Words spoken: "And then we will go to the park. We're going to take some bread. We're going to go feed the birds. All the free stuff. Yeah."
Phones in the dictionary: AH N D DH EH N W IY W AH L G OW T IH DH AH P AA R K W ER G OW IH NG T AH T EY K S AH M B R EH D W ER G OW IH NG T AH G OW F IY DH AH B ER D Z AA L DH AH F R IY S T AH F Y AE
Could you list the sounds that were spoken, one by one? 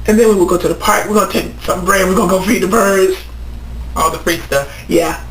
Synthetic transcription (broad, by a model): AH N DH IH N W IY W AH L G OW T IH DH AH P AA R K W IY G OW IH T AH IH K S AH M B R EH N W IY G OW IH G OW F IY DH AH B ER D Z AA L DH AH P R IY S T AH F Y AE